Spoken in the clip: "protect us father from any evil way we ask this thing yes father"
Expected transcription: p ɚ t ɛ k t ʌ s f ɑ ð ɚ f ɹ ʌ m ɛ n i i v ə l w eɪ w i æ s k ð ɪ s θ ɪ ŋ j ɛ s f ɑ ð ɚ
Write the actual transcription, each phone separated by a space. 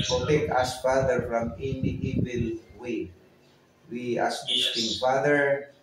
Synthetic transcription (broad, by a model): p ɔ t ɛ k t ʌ s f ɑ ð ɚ f ɹ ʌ m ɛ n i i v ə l w eɪ w i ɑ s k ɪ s t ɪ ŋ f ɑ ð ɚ